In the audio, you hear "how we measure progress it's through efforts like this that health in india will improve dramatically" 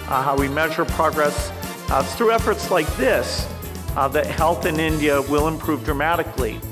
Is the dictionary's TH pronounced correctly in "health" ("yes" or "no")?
yes